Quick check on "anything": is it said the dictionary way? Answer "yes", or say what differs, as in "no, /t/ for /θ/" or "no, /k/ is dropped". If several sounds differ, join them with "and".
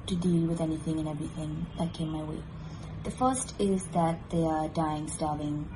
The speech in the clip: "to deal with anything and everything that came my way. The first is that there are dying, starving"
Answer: yes